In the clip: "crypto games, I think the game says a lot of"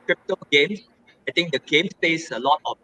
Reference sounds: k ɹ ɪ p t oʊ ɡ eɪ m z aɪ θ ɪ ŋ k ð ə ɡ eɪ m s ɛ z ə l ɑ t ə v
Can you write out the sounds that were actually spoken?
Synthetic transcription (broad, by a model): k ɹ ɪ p t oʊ ɡ eɪ m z aɪ t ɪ ŋ k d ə ɡ eɪ m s ɛ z ə l ɑ t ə